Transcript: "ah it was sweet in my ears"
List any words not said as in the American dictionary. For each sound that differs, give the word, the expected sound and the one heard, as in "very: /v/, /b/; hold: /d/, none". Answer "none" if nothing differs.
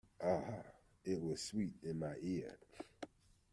ears: /z/, none